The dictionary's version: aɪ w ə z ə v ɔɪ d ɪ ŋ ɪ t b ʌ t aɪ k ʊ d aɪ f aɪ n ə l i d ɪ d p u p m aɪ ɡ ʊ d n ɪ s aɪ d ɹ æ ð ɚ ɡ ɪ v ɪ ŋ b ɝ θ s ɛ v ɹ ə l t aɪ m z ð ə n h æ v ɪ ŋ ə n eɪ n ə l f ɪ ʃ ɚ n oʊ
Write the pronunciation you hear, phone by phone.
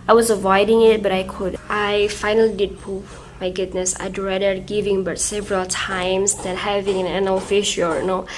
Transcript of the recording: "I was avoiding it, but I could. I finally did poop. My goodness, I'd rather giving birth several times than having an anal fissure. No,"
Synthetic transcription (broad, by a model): aɪ w ə z ə v ɔɪ d ɪ ŋ ɪ t b ʌ t aɪ k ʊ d aɪ f aɪ n ə l i d ɪ d p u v m aɪ ɡ ʊ d n ɪ s aɪ d ɹ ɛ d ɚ ɡ ɪ v ɪ ŋ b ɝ t s ɛ v ɹ ə l t aɪ m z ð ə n h æ v ɪ ŋ ə n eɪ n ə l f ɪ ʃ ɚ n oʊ